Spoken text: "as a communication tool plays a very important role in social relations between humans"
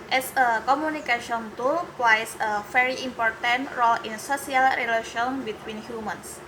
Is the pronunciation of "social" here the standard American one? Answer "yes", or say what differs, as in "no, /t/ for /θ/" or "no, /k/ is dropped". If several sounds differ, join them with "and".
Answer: no, /s/ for /ʃ/